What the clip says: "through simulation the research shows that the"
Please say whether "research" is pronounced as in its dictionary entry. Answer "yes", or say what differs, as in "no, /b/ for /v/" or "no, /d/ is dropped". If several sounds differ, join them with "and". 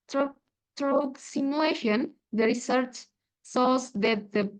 yes